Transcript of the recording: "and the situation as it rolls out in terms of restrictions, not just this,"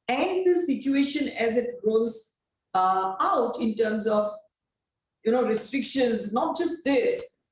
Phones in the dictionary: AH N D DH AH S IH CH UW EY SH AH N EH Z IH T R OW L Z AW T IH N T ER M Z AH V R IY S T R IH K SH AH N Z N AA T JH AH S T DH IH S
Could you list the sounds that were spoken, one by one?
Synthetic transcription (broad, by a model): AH N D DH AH S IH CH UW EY SH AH N EH Z IH T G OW Z AW T IH N T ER M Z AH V R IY S T R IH K SH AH N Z N AA T JH AH S T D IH S